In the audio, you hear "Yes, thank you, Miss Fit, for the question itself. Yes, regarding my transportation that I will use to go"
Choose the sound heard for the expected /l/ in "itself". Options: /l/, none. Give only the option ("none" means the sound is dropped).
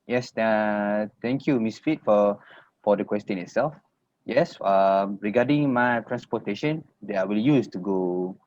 /l/